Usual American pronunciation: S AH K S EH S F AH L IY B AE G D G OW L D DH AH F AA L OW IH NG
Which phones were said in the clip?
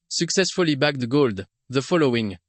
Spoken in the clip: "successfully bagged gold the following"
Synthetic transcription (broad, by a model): S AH K S EH S F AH L IY B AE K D G OW L D DH AH F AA L OW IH NG